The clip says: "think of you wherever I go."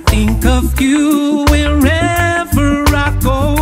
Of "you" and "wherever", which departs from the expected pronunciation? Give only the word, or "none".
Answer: none